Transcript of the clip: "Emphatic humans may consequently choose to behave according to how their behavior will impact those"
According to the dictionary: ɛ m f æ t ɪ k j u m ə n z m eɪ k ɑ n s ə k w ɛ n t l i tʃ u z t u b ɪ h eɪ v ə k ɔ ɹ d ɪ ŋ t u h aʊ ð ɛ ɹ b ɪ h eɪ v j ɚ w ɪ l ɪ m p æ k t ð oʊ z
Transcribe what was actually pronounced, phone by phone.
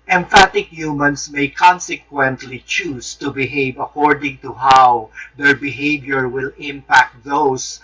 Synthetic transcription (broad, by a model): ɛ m f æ t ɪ k j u m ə n s m eɪ k ɑ n s ə k w ɛ n t l i tʃ u s t u b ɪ h eɪ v ə k ɔ ɹ d ɪ ŋ t u h aʊ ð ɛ ɹ b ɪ h eɪ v j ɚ w ɪ l ɪ m p æ k t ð oʊ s